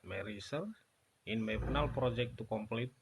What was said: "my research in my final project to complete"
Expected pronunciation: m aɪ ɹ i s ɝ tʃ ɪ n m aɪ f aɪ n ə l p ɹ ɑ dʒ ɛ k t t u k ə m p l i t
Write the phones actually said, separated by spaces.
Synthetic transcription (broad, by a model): m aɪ ɹ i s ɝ ɪ n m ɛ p n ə l p ɹ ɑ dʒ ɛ k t t u k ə m p l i t